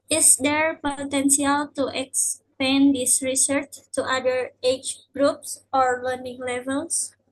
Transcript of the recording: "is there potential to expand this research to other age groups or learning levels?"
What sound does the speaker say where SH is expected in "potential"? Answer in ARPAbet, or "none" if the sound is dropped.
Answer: S